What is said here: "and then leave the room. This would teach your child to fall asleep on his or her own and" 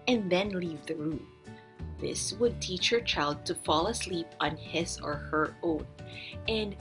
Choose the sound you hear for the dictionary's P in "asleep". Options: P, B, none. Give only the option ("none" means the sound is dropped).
P